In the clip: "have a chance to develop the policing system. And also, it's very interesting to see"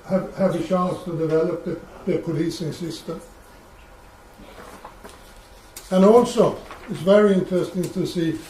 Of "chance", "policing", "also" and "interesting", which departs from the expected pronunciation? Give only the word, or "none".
chance